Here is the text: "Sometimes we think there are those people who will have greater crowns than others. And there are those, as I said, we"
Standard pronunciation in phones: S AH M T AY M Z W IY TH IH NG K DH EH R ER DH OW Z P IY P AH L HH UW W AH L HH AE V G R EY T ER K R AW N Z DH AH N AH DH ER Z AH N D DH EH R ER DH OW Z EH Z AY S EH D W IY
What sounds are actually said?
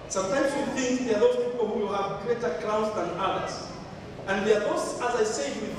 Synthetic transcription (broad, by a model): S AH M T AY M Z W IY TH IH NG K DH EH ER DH OW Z P IY P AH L HH UW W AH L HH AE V G R EY T ER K AW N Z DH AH N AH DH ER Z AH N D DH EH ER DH OW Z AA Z AY S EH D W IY